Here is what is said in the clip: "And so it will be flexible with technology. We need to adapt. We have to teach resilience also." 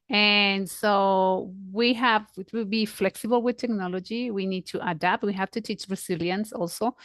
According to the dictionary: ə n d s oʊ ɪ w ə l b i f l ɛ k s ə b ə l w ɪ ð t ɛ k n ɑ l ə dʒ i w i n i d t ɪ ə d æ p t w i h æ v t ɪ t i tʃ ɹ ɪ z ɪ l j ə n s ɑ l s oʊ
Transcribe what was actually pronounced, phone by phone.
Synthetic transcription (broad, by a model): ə n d s oʊ ɪ w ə w b i f l ɛ k s ə b ə l w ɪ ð t ɛ k n ɑ l ə dʒ i w i n i d t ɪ ə d æ p t w i h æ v t ɪ t i tʃ ɹ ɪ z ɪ l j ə n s ɑ l s oʊ